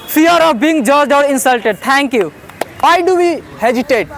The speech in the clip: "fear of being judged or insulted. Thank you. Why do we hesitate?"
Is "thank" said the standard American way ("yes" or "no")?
no